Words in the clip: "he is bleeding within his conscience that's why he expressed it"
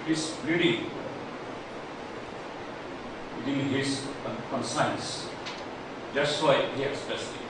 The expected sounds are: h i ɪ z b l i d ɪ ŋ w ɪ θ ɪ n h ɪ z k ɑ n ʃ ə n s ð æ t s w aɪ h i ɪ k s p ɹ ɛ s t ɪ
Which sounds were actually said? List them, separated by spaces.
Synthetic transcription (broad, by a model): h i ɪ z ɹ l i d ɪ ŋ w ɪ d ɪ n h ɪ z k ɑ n s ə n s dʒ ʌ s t w aɪ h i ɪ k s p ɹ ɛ s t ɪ